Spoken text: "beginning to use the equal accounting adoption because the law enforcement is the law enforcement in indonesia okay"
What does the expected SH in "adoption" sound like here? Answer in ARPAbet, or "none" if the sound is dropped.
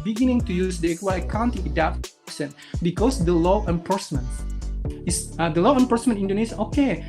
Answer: S